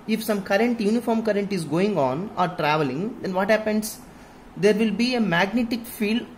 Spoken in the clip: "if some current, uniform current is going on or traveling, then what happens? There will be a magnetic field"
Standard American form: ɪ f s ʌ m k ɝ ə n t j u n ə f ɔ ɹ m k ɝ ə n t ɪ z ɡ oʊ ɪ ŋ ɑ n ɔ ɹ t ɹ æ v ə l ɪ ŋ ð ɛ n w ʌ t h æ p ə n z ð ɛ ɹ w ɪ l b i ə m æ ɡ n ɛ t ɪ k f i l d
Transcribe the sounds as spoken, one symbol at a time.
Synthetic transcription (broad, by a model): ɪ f s ʌ m k ɝ ə n t j u n ə f ɔ ɹ m k ɝ ə n t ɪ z ɡ oʊ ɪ ŋ ɑ n ɔ ɹ t ɹ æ v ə l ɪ ŋ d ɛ n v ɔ t h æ p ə n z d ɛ ɹ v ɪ l b i ə m æ ɡ n ɛ t ɪ k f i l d